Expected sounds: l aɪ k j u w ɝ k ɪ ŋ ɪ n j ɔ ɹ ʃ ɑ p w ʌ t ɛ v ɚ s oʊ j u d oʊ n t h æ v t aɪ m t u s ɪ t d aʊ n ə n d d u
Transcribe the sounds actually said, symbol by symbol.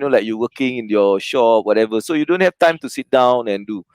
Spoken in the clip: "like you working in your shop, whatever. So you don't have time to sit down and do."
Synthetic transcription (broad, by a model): l aɪ k j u w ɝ k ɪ ŋ ɪ n j ɔ ʃ ɑ p w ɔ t ɛ v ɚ s oʊ j u d oʊ n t h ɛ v t aɪ m t u s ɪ t d aʊ n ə n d d u